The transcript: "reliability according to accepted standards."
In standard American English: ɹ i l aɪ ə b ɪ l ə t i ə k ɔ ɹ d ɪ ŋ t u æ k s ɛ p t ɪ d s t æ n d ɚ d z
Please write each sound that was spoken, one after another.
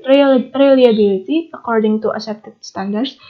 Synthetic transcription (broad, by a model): ɹ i l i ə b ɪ l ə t i ə k ɔ ɹ d ɪ ŋ t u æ s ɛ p t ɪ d s t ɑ n d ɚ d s